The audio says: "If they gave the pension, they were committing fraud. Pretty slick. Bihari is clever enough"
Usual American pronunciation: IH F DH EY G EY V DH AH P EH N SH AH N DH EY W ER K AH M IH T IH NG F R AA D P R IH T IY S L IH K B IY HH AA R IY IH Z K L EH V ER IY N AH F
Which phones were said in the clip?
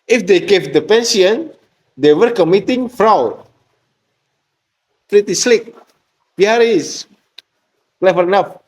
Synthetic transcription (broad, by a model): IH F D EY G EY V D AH P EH N S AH N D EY W ER K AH M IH T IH NG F R AA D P R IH T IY S L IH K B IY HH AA R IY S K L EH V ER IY N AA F